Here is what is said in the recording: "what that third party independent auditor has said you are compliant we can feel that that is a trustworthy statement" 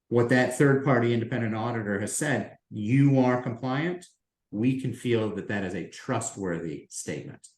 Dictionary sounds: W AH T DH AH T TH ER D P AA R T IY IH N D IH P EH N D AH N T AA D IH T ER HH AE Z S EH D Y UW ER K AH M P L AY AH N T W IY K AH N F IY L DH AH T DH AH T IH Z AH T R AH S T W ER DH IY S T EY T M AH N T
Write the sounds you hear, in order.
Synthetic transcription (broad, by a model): W AH T DH AH T TH ER D P AA R T IY IH N D IH P EH N D AH N T AA D IH T ER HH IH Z S EH D Y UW ER K AH M P L AY AH N T W IY K AH N F IY L DH AH T DH AH T IH Z AH T R AH S T W ER DH IY S T EY T M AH N T